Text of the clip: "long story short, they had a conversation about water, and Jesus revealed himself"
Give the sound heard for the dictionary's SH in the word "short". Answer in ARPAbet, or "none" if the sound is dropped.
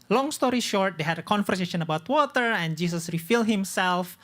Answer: SH